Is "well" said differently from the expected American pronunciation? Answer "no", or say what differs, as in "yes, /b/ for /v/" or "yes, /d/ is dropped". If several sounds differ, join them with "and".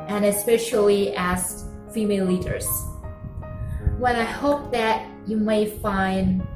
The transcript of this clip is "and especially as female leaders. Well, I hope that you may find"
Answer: yes, /n/ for /l/